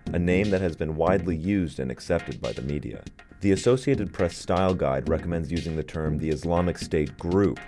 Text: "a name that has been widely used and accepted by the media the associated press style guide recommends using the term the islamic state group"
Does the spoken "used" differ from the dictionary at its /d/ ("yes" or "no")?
no